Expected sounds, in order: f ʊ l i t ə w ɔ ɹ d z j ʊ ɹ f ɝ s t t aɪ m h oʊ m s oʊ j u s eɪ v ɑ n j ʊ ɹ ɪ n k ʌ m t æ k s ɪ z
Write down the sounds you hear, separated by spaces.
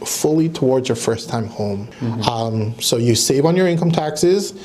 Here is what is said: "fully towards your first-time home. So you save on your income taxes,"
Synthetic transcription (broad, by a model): f ʊ l i t ə w ɔ ɹ d z j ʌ ɹ f ɝ s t t aɪ m h oʊ m s oʊ j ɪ s eɪ v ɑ n j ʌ ɹ ɪ n k ʌ m t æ k s ɪ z